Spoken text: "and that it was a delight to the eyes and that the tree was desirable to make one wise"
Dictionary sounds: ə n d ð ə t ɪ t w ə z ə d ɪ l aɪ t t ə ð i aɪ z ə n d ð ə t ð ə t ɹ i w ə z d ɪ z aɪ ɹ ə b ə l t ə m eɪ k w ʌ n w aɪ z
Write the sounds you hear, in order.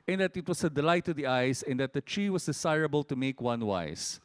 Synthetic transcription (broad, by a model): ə n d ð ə t ɪ t w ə s ə d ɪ l aɪ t t ə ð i aɪ s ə n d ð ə t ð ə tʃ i w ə s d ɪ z aɪ ɹ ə b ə l t ə m eɪ k w ʌ n w aɪ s